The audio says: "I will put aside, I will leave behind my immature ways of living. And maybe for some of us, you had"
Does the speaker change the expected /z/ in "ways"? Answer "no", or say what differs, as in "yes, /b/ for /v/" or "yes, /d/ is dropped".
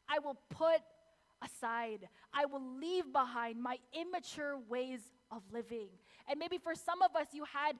no